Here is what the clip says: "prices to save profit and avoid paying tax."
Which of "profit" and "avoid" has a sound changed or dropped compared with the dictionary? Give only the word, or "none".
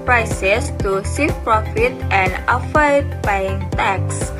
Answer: avoid